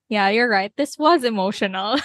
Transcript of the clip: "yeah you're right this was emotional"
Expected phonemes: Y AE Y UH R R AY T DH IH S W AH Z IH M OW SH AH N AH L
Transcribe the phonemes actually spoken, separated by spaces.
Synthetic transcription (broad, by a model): Y AE Y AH R R AY T DH IH S W AH Z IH M OW SH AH N L